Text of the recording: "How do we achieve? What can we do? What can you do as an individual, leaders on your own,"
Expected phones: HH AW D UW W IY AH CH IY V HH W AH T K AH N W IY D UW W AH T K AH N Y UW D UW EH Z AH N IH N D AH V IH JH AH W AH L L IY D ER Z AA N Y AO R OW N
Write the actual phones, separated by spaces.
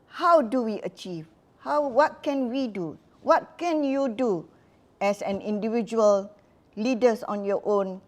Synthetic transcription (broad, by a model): HH AW D UW W IY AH CH IY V HH W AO T K AH N W IY D UW W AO T K AH N Y UW D UW EH S AH N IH N D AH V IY JH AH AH L L IY D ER S AA N Y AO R OW N